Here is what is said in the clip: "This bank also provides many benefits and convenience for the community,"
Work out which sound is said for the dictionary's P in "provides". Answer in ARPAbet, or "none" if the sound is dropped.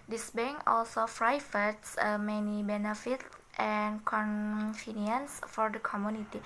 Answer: F